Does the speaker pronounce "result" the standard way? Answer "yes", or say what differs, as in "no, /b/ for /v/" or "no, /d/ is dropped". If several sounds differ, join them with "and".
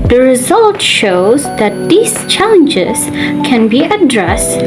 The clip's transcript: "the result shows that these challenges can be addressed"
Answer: yes